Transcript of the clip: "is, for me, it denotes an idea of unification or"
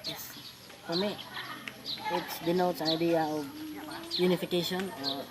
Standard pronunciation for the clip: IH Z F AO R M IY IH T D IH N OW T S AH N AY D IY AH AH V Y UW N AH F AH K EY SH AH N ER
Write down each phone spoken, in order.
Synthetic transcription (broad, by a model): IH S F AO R M IY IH T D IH N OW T AH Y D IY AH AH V Y UW N AH F AH K EY SH AH N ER